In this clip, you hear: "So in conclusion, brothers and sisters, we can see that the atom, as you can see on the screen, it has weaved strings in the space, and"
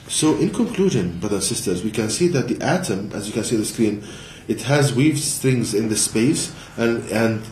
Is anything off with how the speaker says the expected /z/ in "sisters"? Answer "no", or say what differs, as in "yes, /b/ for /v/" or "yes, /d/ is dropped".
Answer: no